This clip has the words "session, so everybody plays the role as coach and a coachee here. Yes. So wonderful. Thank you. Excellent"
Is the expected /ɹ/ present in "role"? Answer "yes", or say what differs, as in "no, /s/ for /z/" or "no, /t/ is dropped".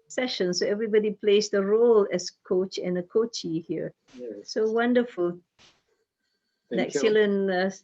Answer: yes